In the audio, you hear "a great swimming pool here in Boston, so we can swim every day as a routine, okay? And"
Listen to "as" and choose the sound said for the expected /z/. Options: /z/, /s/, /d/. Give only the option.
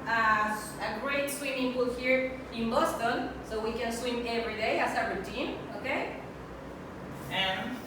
/s/